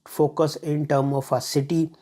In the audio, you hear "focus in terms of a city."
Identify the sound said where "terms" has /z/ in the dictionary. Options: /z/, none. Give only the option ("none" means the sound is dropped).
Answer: none